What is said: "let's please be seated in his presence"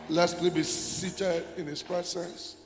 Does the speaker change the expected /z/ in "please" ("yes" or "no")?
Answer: yes